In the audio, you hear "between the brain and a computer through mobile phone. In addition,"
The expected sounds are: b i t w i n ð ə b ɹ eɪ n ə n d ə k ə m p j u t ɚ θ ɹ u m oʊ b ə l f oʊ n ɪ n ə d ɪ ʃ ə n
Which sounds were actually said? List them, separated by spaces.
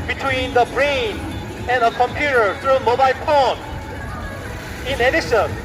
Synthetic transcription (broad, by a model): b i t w i n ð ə b ɹ eɪ n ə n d ə k ə m p j u t ɚ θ ɹ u m oʊ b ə l p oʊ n ɪ n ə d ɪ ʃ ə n